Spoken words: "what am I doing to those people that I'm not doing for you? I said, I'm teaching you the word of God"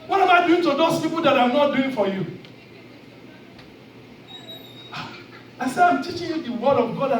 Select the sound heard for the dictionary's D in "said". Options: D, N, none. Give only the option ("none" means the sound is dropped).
none